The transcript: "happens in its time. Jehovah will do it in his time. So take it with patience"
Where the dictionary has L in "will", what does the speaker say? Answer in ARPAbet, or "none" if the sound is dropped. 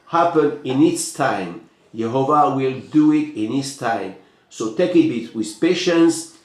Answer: L